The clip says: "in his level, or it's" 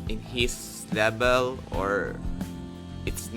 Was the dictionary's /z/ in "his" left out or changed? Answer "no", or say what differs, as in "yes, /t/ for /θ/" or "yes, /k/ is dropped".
yes, /s/ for /z/